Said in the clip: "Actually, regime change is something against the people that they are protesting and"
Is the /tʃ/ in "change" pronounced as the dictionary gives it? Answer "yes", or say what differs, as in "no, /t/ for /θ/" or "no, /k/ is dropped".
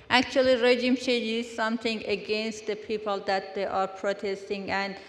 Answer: no, /ʃ/ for /tʃ/